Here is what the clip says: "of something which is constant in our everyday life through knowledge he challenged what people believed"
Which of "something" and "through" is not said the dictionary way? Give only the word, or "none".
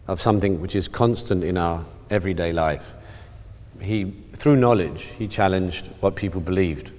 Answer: none